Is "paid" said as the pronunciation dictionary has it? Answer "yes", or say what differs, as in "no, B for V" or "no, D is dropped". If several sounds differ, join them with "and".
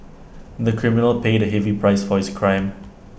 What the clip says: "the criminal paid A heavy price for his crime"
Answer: yes